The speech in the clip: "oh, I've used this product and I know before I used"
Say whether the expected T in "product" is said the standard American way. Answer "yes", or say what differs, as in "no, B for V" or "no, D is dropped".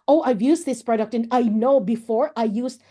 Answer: yes